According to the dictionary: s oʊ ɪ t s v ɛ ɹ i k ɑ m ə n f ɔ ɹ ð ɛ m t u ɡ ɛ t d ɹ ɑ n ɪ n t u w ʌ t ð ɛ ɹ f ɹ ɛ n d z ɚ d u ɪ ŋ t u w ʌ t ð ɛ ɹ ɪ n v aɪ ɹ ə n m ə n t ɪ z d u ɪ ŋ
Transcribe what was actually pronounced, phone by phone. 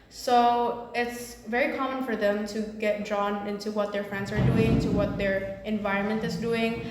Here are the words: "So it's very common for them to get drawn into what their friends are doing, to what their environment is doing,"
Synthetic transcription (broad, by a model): s oʊ ɪ t s v ɛ ɹ i k ɑ m ə n f ɔ ɹ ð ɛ m t u ɡ ɛ t d ɹ ɑ n ɪ n t u w ʌ t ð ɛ ɹ f ɹ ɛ n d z ɚ d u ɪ ŋ t u w ʌ t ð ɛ ɹ ɪ n v aɪ ɹ ə n m ə n t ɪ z d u ɪ ŋ